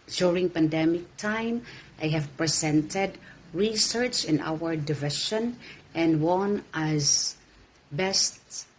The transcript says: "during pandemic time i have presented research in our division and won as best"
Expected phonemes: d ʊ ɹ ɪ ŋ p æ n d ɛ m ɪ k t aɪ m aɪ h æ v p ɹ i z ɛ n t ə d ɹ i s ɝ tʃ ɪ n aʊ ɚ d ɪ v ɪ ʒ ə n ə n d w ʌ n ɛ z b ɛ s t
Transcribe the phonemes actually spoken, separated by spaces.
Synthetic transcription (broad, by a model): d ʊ ɹ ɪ ŋ p æ n d ɛ m ɪ k t aɪ m aɪ h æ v p ɹ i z ɛ n t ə d ɹ i s ɝ tʃ ɪ n aʊ ɚ d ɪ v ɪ ʃ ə n ə n d w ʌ n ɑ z b ɛ s t